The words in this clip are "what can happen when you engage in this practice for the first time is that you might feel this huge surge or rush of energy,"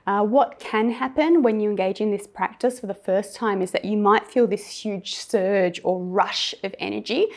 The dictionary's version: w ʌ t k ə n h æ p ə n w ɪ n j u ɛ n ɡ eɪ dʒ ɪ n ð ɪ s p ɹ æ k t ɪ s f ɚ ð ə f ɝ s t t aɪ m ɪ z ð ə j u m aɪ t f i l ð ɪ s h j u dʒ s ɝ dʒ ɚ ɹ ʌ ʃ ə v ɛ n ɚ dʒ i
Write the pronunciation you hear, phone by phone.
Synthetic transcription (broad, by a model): w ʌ t k ə n h æ p ə n w ɪ n j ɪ ɛ n ɡ eɪ dʒ ɪ n ð ɪ s p ɹ æ k t ɪ s f ɚ ð ə f ɝ s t t aɪ m ɪ z ð ə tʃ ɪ m aɪ t f i l ð ɪ s h j u dʒ s ɝ dʒ ɚ ɹ ʌ ʃ ə v ɛ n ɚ dʒ i